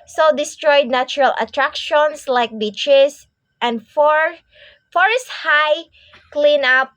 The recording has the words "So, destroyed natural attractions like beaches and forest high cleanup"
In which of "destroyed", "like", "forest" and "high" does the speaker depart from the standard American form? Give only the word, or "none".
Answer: none